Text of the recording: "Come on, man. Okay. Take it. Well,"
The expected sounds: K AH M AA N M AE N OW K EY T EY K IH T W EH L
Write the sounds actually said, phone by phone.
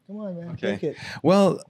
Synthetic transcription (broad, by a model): K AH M AA N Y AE OW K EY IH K IH T W EH L